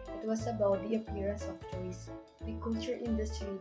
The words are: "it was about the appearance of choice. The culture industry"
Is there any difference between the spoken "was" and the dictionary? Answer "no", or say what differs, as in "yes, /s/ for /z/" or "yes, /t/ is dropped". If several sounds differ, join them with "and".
yes, /s/ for /z/